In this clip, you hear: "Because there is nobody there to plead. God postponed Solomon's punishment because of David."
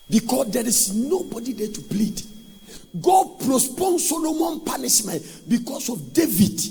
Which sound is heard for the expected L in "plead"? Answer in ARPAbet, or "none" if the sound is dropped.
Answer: L